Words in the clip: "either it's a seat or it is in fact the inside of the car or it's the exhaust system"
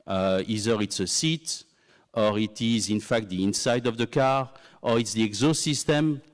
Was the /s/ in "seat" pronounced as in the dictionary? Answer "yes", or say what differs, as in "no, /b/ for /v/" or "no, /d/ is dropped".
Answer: yes